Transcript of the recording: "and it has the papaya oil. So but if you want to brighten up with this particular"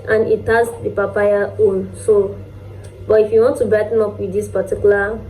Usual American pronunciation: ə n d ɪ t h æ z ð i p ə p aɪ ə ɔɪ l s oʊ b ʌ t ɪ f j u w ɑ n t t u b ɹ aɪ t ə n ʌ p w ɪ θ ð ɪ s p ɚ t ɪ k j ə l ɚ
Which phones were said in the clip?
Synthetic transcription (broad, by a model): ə n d ɪ t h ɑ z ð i p ə p aɪ ə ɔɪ n s oʊ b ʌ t ɪ f j u w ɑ n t t u b aɪ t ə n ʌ p w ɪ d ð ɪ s p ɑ t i k j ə l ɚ